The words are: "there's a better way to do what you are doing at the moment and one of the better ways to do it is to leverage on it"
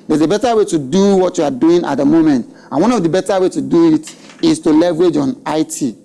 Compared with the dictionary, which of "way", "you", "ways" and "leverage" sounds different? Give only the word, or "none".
ways